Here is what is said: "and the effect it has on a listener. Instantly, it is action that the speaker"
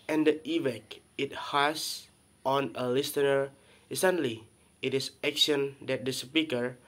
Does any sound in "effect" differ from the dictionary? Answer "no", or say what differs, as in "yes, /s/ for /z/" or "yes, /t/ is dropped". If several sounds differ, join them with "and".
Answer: yes, /t/ is dropped